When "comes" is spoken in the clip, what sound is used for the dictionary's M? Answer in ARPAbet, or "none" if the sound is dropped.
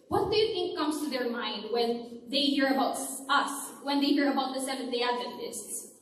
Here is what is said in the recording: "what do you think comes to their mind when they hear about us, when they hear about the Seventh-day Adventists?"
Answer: M